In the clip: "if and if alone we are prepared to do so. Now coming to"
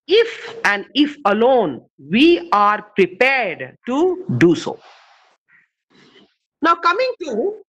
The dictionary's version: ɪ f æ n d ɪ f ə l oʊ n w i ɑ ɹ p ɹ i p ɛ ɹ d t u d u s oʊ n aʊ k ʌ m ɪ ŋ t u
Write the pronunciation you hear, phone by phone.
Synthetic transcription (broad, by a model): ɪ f æ n d ɪ f ə l oʊ n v i ɑ ɹ p ɹ i p ɛ ɹ d t u d u s oʊ n aʊ k ʌ m ɪ ŋ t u